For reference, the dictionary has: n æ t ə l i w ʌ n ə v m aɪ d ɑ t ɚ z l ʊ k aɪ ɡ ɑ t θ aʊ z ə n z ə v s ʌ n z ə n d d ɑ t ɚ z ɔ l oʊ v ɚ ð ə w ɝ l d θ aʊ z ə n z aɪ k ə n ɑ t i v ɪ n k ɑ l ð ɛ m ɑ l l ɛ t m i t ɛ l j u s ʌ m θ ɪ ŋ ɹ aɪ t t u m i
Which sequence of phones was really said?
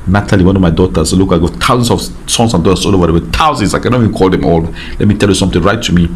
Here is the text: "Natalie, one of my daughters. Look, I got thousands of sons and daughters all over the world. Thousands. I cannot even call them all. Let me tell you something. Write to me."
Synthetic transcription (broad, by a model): n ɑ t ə l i w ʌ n ə v m aɪ d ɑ t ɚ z l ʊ k aɪ ɡ ɑ t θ aʊ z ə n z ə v s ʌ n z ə n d d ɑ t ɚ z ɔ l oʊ v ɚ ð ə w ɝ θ aʊ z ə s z aɪ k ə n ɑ i v ɪ n k ɑ l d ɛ m ɑ l l ɛ t m i t ɛ l j u s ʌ m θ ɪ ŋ ɹ aɪ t t u m i